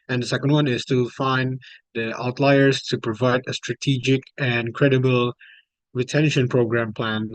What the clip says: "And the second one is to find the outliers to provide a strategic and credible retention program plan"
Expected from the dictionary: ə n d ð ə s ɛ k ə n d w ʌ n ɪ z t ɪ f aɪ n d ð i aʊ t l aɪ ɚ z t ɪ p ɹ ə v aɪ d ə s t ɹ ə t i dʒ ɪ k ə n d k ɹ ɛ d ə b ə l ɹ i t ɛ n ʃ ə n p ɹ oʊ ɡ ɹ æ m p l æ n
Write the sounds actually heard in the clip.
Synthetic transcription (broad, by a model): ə n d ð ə s ɛ k ə n d w ʌ n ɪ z t ɪ f aɪ n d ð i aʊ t l aɪ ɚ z t ɪ p ɹ ə v aɪ d ə s t ɹ ə t i dʒ ɪ k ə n k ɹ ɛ d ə b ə l ɹ i t ɛ n ʃ ə n p ɹ oʊ ɡ ɹ æ m p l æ n